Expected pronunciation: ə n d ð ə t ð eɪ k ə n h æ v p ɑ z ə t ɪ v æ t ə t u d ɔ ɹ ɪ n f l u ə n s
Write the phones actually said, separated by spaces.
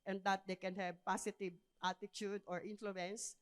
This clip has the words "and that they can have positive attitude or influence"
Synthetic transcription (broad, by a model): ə n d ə t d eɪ k ə n h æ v p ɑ s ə t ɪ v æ t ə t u d ɔ ɹ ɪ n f l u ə n s